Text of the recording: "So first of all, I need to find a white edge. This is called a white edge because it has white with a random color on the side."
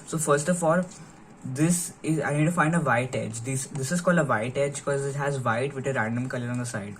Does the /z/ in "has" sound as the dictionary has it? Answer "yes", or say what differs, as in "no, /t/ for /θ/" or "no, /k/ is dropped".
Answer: yes